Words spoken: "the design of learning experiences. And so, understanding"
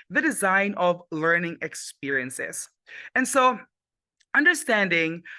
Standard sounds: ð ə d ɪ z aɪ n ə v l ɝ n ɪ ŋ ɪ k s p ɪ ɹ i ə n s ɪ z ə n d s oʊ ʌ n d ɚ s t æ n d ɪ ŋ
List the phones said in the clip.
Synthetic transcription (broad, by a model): ð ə d ɪ z aɪ n ə v l ɝ n ɪ ŋ ɪ k s p ɪ ɹ i ə n s ɪ z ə n s oʊ ʌ n d ɚ s t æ n d ɪ ŋ